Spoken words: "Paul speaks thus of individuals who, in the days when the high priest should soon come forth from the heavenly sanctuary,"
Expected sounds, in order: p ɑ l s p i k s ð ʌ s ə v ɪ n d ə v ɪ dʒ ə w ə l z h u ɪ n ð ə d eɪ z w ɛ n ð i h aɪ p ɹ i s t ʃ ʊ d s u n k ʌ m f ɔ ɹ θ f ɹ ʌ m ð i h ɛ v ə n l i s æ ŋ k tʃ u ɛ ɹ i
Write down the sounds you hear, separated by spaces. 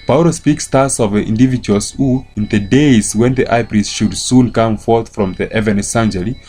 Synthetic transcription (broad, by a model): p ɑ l s p i k s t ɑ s ə v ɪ n d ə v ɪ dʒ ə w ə l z h u ɪ n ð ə d eɪ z w ɛ n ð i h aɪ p ɹ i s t ʃ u d s u n k ʌ m f ɔ ɹ θ f ɹ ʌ m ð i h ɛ v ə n i s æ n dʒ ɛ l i